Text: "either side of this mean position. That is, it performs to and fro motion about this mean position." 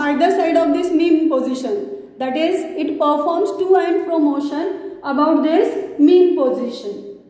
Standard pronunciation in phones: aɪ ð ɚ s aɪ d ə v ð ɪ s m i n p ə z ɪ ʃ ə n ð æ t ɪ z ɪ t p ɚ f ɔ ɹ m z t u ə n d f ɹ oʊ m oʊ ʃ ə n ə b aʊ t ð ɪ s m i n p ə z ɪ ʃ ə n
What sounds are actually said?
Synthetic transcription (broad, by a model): aɪ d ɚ s aɪ d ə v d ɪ s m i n p ə z ɪ ʃ ə n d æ t ɪ z ɪ t p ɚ f ɔ ɹ m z t u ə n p ɹ oʊ m oʊ ʃ ə n ə b aʊ t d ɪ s m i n p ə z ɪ ʃ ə n